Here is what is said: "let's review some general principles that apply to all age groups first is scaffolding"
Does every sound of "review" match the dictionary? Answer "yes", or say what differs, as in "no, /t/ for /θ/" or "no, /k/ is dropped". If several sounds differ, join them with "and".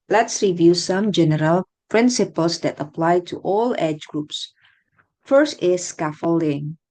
yes